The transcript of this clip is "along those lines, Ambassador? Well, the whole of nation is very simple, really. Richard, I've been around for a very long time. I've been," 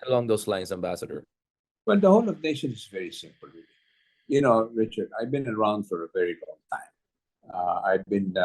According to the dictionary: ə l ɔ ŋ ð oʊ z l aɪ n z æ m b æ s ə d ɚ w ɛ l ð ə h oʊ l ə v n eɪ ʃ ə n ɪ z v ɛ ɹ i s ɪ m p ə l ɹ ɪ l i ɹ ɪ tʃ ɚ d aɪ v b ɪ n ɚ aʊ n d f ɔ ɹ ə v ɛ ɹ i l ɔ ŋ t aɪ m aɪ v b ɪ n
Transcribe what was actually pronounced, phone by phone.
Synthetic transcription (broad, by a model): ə l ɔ ŋ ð oʊ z l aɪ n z æ m b æ s ə d ɚ w ɛ l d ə h oʊ l ə v n eɪ ʃ ə n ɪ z v ɛ ɹ i s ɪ m p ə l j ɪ n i ɹ ɪ tʃ ɚ d aɪ v b ɪ n ɚ aʊ n d f ɔ ɹ ə v ɛ ɹ i l ɔ ŋ t aɪ m aɪ v b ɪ n